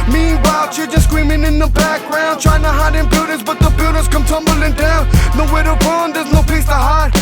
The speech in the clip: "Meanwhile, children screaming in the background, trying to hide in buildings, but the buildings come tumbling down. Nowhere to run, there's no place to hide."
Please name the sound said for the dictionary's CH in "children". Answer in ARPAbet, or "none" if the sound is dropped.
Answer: SH